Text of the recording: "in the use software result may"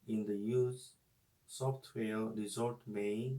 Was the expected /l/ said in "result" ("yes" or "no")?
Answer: no